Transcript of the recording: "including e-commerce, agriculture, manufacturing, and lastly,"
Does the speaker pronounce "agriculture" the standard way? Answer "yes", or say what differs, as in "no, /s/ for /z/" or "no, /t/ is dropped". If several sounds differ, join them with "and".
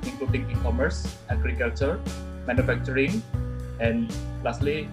yes